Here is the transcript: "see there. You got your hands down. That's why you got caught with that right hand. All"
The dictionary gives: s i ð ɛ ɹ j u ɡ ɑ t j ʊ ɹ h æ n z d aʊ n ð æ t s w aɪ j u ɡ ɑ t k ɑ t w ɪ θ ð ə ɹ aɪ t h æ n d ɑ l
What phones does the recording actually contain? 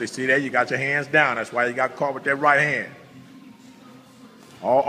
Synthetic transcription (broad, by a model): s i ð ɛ j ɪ ɡ ɑ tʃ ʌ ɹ h æ n z d aʊ n ð æ t s w aɪ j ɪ ɡ ɑ t k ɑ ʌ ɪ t ð ə ɹ aɪ t h æ n d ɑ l